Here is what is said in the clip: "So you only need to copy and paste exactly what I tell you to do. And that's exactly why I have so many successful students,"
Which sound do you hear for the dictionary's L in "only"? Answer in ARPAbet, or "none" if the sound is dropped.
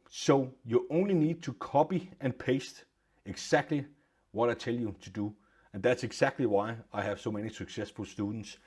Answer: L